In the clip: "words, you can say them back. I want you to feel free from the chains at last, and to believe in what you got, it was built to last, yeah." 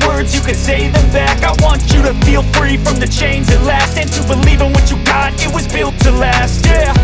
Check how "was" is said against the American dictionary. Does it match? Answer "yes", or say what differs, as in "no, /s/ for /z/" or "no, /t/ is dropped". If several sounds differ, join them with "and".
yes